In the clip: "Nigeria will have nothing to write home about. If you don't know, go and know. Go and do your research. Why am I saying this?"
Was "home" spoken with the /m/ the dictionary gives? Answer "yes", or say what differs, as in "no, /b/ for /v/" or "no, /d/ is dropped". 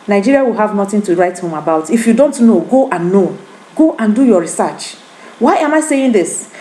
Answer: yes